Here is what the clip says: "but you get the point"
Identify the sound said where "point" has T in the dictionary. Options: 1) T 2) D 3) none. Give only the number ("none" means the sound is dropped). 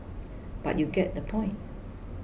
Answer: 1